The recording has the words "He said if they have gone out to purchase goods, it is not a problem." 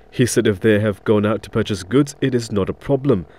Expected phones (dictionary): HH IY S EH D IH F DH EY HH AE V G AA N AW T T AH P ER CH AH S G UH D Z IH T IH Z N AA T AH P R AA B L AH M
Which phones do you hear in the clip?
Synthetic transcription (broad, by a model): HH IY S EH D IH F DH EY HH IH V G AA N AW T T AH P ER CH AH S G UH D Z IH T IH Z N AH T AH P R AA B L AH M